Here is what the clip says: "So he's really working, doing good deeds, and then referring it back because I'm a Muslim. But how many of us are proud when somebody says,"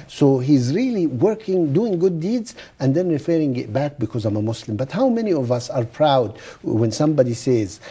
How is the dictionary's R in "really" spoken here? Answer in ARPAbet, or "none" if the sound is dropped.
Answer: R